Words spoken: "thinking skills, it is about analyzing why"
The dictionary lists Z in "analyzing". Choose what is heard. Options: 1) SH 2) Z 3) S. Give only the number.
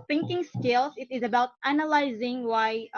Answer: 2